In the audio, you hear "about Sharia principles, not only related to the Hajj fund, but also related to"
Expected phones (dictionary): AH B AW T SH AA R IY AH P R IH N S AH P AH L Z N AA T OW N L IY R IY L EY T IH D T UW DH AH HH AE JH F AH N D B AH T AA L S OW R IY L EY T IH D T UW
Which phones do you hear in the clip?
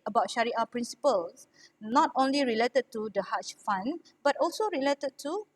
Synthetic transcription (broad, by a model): AH B AW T SH AA R IY AH P R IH N S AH P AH L S N AA T OW N L IY R IY L EY T IH D T UW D AH HH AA CH F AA N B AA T AA L S OW R IY L EY T IH D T UW